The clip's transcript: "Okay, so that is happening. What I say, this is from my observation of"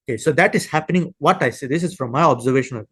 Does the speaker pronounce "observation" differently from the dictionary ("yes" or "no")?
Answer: no